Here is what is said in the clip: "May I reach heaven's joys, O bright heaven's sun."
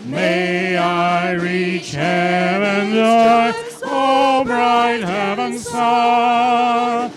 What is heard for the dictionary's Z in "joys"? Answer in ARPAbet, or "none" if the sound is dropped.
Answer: none